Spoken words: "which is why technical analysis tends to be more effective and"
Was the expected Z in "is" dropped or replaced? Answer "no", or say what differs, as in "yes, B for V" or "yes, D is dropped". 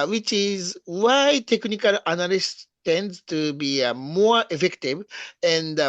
no